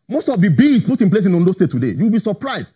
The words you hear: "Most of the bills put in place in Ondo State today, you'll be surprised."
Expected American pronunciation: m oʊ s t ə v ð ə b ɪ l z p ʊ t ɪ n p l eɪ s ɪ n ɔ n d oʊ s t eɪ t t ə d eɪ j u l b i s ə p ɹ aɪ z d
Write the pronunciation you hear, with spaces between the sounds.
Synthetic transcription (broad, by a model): m oʊ s t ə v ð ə b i z p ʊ t ɪ n p l eɪ s ɪ n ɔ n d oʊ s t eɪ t t ə d eɪ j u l b i s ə p ɹ aɪ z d